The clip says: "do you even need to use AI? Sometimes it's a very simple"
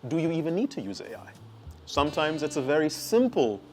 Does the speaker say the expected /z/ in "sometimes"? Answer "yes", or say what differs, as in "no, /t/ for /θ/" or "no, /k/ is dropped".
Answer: yes